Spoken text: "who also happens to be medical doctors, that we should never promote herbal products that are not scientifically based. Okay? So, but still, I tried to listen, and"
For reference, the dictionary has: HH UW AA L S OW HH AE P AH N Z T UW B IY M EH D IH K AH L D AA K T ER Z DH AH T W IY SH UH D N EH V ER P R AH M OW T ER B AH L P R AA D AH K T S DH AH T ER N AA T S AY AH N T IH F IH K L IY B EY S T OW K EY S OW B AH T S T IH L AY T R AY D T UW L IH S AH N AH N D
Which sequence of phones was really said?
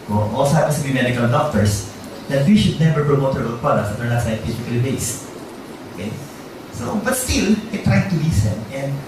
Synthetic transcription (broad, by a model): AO AA L S OW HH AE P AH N S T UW B IY M EH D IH K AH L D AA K T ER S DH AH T W IY SH UH D N EH V ER P R AH M OW T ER AH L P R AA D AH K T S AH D ER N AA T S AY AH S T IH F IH L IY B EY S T OW K EY S OW B AH T S T IH L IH T R AY D T UW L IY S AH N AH N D